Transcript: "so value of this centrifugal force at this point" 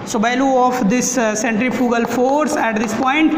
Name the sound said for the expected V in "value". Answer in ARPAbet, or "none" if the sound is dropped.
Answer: B